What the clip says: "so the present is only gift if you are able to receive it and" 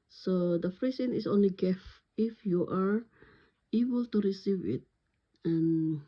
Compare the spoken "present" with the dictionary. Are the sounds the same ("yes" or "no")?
no